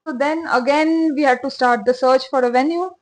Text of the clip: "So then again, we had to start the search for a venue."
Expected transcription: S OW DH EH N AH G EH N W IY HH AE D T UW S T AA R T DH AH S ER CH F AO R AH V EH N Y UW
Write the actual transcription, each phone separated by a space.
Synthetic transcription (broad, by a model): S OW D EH N AH G EH N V IY HH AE D T UW S T AA R T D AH S ER CH F AO R AH V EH N Y UW